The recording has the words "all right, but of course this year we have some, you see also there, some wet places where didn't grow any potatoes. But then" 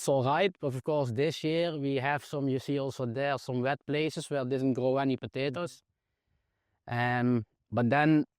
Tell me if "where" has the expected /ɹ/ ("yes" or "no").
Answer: no